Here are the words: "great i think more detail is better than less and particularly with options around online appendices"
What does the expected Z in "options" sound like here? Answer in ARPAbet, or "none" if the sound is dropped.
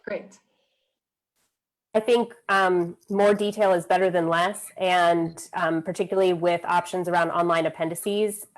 Z